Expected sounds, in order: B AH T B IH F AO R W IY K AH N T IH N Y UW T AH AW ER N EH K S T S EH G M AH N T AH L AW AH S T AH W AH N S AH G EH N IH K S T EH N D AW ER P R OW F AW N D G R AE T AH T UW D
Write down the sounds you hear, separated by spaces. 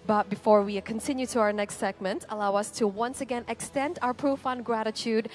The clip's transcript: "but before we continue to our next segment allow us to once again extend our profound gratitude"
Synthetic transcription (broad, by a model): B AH T B IH F AO R W IY K AH N T IH N Y UW T AH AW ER N EH K S T S EH G M AH N T AH L AW AH S T AH W AH N S AH G EH N IH K S T EH N D AW ER P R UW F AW N G R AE T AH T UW D